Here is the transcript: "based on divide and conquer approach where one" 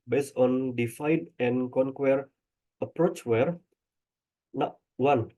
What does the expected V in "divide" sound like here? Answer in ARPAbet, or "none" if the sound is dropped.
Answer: F